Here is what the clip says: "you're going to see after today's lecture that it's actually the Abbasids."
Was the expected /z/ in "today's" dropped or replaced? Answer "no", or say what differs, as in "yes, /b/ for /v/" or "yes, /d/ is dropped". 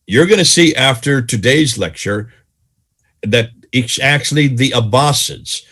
no